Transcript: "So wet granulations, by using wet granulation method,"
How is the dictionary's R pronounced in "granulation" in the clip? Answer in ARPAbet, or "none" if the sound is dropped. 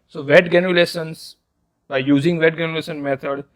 none